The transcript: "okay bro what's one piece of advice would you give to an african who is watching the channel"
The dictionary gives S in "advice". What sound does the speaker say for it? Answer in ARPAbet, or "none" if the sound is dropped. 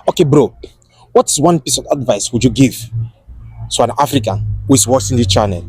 S